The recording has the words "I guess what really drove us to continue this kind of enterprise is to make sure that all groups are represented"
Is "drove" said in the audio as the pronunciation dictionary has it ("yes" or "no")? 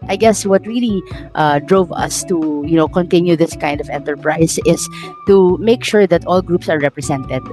yes